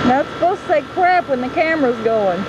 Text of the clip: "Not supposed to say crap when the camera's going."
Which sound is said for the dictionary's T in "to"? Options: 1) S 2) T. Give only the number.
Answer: 2